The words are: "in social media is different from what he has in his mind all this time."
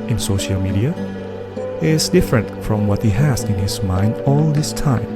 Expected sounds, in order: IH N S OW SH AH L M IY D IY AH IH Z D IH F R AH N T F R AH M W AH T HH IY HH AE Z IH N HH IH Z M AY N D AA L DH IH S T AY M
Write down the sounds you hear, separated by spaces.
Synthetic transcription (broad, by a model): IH N S OW SH AH L M IY D IY AH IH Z D IH F R AH N T F R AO M W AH T HH IY HH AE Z IH N HH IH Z M AY N D AA L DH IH S T AY M